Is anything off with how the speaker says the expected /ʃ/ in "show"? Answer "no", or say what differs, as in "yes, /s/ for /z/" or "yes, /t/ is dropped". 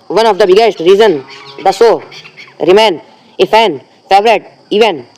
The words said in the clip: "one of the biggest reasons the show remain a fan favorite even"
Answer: yes, /s/ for /ʃ/